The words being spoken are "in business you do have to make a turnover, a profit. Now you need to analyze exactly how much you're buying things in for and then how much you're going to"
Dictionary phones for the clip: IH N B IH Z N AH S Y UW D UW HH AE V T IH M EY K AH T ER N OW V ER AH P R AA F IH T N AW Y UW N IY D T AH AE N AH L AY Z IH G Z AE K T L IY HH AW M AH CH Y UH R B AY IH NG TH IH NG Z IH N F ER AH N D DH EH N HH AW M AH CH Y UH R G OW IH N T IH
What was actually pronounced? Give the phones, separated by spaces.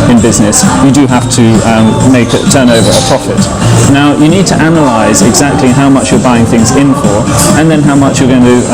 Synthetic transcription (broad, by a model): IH N B IH Z N AH S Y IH D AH HH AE F T IH M EY K AH T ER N OW V ER AH P R AA F IH T N AW Y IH N IY D T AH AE N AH L AY Z IH G Z AE K T L IY HH AW M AH CH Y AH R B AY IH NG TH IH NG Z IH N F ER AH N DH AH N HH AW M AH CH Y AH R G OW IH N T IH